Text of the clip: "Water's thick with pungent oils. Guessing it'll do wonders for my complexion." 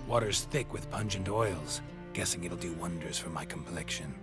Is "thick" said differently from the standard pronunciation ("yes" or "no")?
no